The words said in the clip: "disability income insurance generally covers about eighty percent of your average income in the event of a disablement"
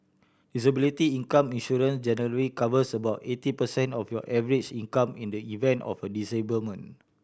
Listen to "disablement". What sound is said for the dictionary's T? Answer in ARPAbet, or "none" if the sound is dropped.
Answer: none